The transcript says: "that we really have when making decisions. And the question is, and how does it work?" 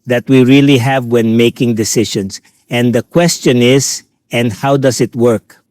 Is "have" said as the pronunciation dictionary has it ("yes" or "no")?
yes